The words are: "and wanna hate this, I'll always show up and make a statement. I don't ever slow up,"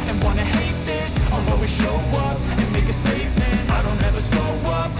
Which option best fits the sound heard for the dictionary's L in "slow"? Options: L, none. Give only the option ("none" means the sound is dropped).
none